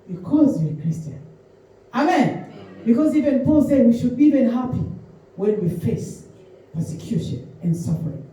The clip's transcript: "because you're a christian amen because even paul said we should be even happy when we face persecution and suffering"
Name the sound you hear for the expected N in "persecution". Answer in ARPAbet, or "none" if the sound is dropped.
N